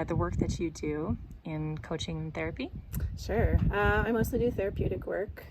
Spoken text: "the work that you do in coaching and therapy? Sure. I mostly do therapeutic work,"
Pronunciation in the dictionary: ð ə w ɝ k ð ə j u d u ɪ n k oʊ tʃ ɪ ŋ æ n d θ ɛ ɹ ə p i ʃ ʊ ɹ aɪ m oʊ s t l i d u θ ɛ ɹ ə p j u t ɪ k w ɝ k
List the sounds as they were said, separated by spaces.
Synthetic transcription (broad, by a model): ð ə w ɝ k ð ə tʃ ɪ d u ɪ n k oʊ tʃ ɪ ŋ n θ ɛ ɹ ə p i ʃ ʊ ɹ aɪ m oʊ s t l i d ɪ θ ɛ ɹ ə p j u t ɪ k w ɝ k